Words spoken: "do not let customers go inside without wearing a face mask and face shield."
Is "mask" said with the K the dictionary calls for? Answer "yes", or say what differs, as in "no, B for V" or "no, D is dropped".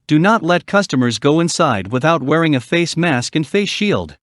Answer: yes